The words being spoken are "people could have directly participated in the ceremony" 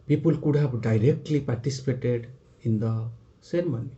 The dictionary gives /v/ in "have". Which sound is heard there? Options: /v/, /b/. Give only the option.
/b/